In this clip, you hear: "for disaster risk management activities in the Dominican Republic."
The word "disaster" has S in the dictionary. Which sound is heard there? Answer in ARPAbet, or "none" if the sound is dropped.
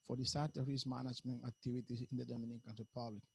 none